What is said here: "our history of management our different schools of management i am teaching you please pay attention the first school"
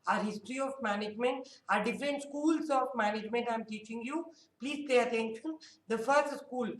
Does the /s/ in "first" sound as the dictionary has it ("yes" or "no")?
yes